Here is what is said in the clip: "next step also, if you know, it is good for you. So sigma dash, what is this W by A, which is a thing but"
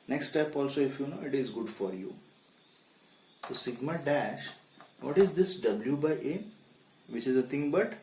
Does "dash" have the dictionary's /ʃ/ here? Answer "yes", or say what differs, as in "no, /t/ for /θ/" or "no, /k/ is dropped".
yes